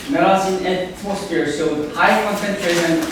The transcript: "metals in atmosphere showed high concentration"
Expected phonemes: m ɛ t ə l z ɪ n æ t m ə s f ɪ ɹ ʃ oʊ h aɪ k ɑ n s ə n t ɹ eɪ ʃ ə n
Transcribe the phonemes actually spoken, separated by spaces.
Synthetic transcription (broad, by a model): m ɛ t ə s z ɪ n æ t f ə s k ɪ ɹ s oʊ h aɪ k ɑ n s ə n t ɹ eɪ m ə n